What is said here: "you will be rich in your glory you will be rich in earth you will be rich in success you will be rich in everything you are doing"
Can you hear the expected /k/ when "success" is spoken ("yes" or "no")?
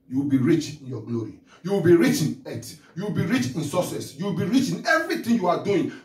no